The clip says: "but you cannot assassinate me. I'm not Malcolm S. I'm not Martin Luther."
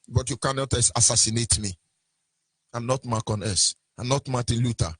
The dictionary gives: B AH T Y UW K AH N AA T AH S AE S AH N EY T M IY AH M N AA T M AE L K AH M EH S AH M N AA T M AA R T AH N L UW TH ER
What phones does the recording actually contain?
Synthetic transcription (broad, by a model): B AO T Y UW K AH N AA T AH S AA S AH N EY T M IY AH M N AA T M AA K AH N EH S AH M N AA T M AA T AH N L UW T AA